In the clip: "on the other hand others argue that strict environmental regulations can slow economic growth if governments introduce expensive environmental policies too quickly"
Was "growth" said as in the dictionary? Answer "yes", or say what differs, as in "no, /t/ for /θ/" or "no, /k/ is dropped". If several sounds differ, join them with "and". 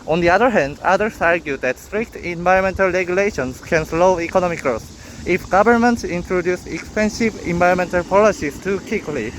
no, /s/ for /θ/